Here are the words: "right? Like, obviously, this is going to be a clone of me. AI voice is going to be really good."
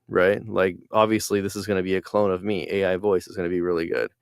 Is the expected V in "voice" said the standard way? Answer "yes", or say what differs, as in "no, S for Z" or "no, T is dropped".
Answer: yes